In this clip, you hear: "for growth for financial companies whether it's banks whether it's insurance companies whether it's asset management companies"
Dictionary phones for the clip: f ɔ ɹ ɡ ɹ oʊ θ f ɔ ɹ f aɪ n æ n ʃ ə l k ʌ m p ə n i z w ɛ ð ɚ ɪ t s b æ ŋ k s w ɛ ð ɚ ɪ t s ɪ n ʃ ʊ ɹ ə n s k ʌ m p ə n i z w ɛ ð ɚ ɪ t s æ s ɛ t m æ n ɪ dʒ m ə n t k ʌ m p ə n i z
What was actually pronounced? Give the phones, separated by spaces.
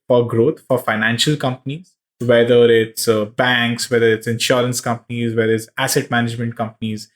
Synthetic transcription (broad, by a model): f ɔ ɹ ɡ ɹ oʊ t f ɔ ɹ f aɪ n æ n ʃ ə l k ʌ m p ə n i z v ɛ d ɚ ɪ t s b æ ŋ k s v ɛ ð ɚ ɪ t s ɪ n ʃ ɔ ɹ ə n s k ʌ m p ə n i z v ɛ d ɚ ɪ t s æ s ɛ t m æ n ɪ dʒ m ə n t k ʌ m p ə n i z